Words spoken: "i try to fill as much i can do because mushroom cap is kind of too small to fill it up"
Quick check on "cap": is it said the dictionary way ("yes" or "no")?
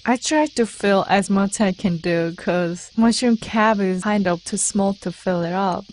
no